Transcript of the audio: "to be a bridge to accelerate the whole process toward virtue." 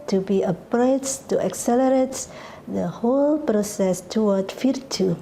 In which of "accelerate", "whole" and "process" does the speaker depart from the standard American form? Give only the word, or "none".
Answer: none